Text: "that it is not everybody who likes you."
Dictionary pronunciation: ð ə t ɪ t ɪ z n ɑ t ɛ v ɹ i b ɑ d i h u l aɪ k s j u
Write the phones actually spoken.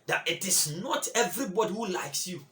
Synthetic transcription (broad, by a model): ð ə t ɪ t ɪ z n ɑ t ɛ v ɹ i b ɑ d i h u l aɪ k s j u